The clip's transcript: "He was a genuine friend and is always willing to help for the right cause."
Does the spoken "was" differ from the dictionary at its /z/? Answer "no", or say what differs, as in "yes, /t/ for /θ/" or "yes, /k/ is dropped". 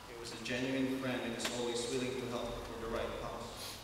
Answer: no